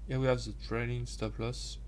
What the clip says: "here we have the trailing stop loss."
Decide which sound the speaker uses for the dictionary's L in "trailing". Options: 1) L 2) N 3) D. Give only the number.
2